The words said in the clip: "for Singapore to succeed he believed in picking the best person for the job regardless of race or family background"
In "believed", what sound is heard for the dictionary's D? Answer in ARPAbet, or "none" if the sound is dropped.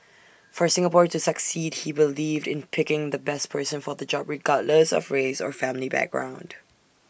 D